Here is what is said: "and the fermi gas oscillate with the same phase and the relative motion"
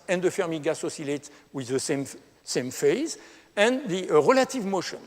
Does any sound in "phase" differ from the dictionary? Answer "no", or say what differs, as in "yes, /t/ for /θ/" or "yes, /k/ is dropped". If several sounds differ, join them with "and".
no